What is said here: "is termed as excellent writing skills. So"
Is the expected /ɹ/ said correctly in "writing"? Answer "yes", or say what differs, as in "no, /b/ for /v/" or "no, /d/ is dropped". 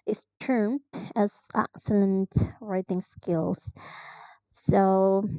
yes